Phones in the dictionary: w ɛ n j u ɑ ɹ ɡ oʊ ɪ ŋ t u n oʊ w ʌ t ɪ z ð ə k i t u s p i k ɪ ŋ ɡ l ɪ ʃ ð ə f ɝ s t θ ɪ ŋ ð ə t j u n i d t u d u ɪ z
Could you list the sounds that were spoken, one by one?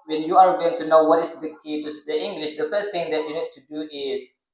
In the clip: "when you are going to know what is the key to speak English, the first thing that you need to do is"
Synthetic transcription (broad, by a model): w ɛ n j u ɑ ɹ ɡ oʊ ɪ ŋ t u n oʊ w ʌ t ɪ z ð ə k i t u s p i ɪ ŋ ɡ l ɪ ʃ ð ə f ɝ s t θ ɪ ŋ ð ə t j u n i d t u d u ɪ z